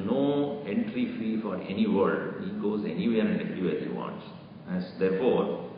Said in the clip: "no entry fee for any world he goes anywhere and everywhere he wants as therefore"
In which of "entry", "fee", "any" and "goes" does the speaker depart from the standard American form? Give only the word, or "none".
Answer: none